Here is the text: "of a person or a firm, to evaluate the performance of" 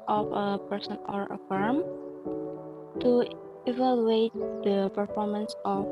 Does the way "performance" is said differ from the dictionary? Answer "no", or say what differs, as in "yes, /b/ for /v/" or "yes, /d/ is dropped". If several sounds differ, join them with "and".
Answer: no